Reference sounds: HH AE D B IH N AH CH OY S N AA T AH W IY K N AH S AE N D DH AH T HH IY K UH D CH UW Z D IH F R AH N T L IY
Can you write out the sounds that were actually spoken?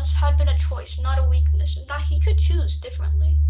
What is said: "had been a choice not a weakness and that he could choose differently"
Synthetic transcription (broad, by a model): HH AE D B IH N AH CH OY S N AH T AH W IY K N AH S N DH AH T HH IY K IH D CH UW Z D IH F R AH N T L IY